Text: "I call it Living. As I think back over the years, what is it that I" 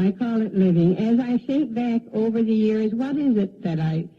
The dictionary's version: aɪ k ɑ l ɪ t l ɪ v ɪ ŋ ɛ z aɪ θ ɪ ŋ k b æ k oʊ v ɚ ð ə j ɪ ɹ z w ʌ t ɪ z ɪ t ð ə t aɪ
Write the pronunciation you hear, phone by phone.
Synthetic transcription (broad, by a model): aɪ k ɑ l ɪ t l ɪ v ɪ ŋ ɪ z aɪ s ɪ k b æ k oʊ v ɚ ð ə j ɪ ɹ z w ʌ t ɪ z ɪ t ð ə t aɪ